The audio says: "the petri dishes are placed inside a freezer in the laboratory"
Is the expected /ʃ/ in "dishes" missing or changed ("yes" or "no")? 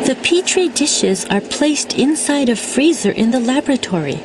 no